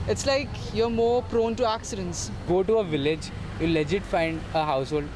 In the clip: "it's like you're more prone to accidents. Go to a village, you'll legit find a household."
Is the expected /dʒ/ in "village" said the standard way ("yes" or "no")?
yes